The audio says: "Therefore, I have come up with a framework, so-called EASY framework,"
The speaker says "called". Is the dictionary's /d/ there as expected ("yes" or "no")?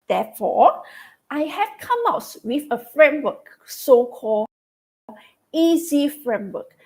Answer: no